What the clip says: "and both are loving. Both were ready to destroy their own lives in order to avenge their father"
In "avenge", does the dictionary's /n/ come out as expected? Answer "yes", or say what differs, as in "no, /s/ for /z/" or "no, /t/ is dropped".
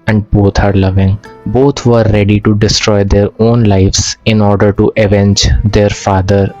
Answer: yes